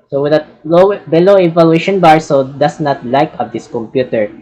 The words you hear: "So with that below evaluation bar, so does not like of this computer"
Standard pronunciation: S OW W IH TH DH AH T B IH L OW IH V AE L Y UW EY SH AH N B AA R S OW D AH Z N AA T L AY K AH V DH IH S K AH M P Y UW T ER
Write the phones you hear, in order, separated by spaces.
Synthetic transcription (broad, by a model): S OW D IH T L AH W B IH L OW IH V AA L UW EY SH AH N B AA R S OW D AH S N AA T L AY K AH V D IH S K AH M P Y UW T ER